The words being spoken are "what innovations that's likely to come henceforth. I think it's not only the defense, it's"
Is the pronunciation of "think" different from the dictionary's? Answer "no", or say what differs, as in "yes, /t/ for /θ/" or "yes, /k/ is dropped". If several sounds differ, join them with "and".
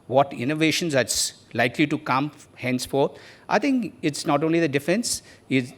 yes, /t/ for /θ/